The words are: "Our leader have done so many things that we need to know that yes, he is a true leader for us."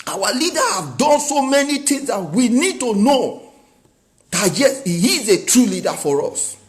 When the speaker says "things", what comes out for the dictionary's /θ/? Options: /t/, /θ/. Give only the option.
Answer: /t/